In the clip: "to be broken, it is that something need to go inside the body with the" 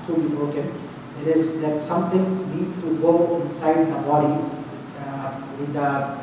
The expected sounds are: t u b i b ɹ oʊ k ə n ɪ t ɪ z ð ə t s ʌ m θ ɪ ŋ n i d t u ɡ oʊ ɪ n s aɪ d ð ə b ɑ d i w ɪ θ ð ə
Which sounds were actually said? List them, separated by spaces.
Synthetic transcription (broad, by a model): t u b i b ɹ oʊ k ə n ɪ t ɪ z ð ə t s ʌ m t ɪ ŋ n i d t u ɡ oʊ ɪ n s aɪ d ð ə b ɑ d i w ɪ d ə